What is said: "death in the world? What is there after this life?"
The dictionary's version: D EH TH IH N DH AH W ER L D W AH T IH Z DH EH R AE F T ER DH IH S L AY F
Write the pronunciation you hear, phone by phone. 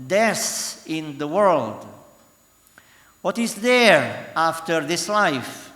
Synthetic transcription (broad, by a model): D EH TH IH N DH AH W ER L D W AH T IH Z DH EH R AE F T ER DH IH S L AY F